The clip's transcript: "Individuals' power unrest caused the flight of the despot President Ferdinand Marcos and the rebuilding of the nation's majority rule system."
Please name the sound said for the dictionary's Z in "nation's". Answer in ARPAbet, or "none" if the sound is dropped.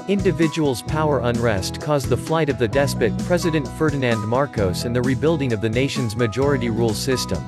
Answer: Z